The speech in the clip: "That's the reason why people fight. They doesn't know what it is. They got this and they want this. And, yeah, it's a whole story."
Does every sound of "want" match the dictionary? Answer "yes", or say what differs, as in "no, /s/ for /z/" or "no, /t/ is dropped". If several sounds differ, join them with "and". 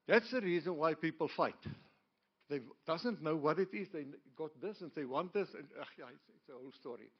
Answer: yes